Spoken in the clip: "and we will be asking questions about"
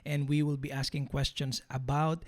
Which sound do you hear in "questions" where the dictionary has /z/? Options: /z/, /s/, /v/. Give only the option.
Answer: /s/